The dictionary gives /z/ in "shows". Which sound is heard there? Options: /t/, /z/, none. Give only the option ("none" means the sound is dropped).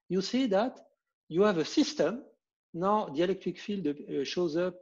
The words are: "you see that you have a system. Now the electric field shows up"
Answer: /z/